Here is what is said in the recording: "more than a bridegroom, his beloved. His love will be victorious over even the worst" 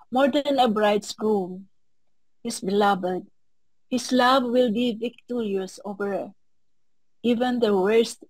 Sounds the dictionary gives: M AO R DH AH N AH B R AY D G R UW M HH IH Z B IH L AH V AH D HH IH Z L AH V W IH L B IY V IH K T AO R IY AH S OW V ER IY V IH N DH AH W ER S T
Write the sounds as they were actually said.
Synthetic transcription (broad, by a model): M AO R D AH N AH B R AY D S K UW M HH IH S B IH L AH B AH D HH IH S L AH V W IH L B IY V IH K T AO R IY AH S OW V ER IY V IH N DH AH W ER S T